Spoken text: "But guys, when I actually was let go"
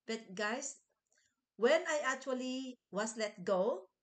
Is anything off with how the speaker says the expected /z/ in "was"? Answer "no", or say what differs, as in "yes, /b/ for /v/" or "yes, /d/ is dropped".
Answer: yes, /s/ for /z/